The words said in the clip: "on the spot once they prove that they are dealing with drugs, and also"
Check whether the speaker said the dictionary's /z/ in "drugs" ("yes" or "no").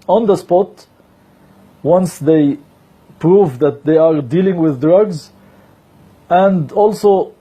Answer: yes